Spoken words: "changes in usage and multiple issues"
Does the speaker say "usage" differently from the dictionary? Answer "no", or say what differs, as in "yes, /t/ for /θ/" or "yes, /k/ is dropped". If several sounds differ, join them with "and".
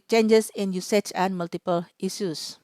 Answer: yes, /tʃ/ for /dʒ/